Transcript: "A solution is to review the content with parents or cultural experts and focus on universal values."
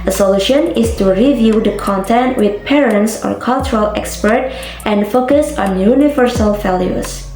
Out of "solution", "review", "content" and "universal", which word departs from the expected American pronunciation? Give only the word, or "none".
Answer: none